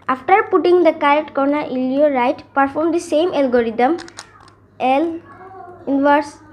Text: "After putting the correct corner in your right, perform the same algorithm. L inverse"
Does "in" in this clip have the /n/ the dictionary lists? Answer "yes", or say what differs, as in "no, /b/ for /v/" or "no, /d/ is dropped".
no, /l/ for /n/